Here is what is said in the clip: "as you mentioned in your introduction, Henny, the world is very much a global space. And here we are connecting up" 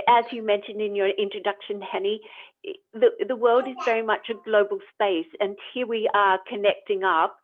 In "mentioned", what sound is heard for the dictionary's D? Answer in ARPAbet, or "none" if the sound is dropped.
D